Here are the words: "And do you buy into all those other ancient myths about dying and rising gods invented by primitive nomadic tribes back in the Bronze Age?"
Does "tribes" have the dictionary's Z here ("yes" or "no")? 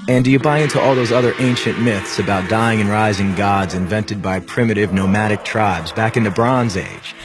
yes